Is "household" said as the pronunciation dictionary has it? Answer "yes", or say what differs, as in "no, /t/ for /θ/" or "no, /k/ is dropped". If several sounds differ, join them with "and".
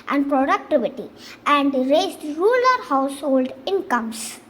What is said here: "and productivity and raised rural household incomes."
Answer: yes